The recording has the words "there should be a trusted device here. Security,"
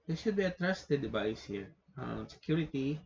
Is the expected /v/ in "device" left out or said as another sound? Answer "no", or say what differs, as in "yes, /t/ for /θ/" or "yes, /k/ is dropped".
yes, /b/ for /v/